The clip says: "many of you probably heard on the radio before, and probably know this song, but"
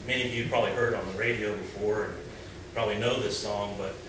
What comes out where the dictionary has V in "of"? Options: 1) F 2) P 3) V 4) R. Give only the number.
3